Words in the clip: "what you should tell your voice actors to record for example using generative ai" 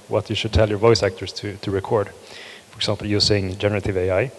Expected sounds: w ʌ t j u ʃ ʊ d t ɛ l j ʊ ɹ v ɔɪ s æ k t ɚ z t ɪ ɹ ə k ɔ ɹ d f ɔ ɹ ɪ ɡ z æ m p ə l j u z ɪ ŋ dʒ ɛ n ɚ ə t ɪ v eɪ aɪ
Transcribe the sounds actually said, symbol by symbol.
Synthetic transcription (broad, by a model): w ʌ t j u ʃ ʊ d t ɛ l j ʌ ɹ v ɔɪ s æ k t ɚ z t ɪ ɹ ə k ɔ ɹ d f ɔ ɹ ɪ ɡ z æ m p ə l j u s ɪ ŋ dʒ ɛ n ɚ ə t ɪ v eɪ aɪ